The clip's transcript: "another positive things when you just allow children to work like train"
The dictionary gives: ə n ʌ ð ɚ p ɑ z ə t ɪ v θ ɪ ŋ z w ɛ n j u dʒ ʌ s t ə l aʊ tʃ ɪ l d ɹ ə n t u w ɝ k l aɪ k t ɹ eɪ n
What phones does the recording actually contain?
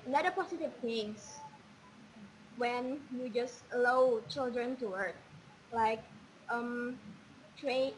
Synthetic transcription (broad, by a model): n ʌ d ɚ p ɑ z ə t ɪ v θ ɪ ŋ s w ɛ n j u dʒ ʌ s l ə ʊ tʃ ɪ l d ɹ ə n t u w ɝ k l aɪ k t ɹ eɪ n